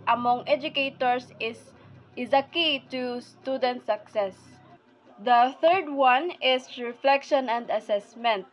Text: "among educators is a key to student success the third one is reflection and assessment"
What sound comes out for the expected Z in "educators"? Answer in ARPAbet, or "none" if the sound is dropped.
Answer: S